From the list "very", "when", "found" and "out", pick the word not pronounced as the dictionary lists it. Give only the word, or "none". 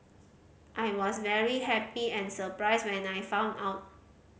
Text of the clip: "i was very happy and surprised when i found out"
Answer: found